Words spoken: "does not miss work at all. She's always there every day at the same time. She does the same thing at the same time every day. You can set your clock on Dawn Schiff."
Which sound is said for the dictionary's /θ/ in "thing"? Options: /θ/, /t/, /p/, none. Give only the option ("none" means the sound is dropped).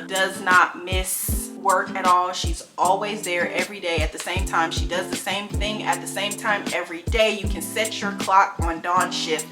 /θ/